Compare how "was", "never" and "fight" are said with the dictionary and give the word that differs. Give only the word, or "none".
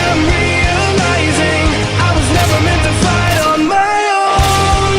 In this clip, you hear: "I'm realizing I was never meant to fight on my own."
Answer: fight